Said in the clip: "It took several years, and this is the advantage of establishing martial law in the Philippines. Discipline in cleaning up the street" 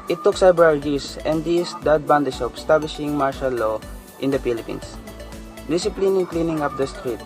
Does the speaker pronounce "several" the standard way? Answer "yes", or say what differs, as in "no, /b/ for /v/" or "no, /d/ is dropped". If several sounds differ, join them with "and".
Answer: no, /b/ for /v/